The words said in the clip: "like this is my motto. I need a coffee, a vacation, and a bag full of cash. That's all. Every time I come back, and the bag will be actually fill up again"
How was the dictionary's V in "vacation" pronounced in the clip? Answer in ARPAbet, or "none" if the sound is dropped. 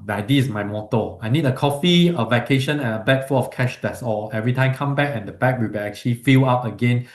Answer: V